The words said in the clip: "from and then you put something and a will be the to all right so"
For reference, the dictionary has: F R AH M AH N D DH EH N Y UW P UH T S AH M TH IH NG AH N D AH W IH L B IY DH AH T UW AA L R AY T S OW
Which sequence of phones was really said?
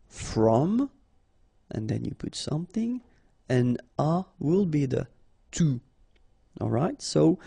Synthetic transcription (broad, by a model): F R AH M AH N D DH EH N Y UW P UH T S AH M TH IH NG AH N AH W IH L B IY DH AH T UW AA L R AY T S OW